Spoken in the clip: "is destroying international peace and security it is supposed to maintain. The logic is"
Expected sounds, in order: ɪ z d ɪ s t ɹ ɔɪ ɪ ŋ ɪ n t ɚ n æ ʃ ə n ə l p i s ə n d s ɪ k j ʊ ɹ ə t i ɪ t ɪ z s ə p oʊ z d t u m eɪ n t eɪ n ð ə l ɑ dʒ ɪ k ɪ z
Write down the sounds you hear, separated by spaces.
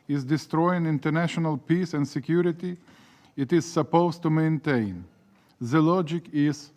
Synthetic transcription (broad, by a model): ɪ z d ɪ s t ɹ ɔɪ ɪ ŋ ɪ n t ɚ n æ ʃ ə n ə l p i s ə n d s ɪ k j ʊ ɹ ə t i ɪ t ɪ z s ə p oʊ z t u m eɪ n t eɪ n ð ə l ɑ dʒ ɪ k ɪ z